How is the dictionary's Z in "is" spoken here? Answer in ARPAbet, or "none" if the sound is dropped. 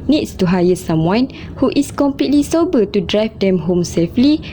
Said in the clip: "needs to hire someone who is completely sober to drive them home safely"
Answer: S